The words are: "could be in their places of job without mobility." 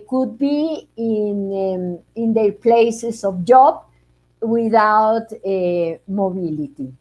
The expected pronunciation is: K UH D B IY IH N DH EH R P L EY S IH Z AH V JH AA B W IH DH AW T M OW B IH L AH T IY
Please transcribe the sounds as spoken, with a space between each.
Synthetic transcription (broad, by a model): K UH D B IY IH N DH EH P L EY S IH S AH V JH AA B W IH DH AW T M OW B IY L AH T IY